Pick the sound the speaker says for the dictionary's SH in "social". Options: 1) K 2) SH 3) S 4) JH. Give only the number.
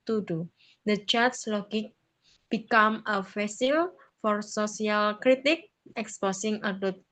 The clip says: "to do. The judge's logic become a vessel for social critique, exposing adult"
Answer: 3